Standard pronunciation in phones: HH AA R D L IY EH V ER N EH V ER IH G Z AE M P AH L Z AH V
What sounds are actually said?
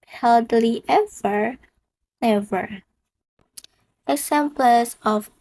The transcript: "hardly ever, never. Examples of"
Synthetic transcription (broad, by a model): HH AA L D L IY EH V ER N EH V ER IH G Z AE M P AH Z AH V